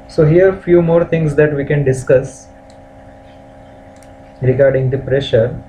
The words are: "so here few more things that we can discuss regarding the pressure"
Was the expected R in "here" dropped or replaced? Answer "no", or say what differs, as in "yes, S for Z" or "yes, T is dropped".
no